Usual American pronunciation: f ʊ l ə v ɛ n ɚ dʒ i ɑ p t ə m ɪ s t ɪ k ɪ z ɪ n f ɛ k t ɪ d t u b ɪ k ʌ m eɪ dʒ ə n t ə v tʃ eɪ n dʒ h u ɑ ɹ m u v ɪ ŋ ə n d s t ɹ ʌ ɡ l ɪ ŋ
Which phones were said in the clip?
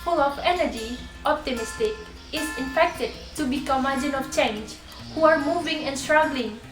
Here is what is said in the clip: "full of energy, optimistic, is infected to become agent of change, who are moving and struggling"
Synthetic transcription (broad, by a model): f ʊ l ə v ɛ n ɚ dʒ i ɑ p t ə m ɪ s t ɪ k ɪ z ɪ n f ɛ k t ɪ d t u b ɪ k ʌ m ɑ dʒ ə n ə f tʃ eɪ n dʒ h u ɑ ɹ m u v ɪ ŋ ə n s t ɹ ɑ ɡ l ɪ ŋ